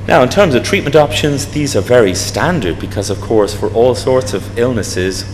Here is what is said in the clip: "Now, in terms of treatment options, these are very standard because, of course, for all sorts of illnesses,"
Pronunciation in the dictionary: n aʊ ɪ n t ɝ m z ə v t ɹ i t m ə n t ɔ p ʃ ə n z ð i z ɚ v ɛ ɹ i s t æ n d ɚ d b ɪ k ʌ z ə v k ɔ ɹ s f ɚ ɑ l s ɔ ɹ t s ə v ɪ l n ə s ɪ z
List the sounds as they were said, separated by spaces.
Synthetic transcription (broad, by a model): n aʊ ɪ n t ɝ m z ə v t ɹ i t m ə n t ɔ p ʃ ə n z ð i z ɚ v ɛ ɹ i s t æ n d ɚ d b ɪ k ʌ z ə v k ɔ ɹ s f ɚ ɑ l s ɔ ɹ t s ə v ɪ l n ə s ɪ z